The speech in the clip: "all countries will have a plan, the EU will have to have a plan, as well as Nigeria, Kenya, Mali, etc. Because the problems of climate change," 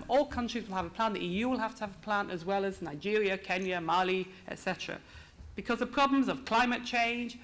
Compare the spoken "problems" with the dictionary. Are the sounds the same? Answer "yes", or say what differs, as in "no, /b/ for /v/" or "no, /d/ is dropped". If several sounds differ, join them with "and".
yes